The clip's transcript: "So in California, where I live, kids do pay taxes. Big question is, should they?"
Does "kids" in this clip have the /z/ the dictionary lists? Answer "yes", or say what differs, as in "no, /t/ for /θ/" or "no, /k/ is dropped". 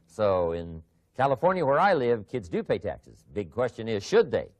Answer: yes